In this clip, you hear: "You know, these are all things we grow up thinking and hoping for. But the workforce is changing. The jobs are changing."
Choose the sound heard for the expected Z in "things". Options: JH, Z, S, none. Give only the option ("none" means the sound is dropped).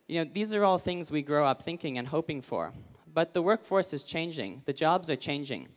Z